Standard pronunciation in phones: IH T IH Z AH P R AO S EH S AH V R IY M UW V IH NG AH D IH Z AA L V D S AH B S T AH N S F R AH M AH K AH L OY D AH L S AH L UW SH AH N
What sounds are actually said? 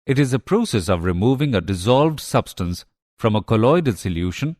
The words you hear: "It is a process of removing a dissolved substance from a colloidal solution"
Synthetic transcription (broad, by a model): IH T IH Z AH P R AO S EH S AH V R IY M UW V IH NG AH D IH Z AA L V D S AH B S T AH N S F R AH M AH K AH L OY D AH L S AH L UW SH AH N